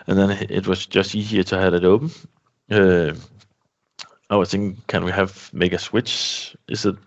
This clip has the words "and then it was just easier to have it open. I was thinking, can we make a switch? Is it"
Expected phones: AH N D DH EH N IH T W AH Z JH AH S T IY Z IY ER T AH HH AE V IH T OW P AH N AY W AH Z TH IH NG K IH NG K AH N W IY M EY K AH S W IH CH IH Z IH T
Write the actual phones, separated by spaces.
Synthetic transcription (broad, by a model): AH N DH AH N IH T W AH Z JH AH S T IY Z IY ER T AH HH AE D IH T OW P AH AY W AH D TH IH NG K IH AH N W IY M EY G AH S W IH CH IH Z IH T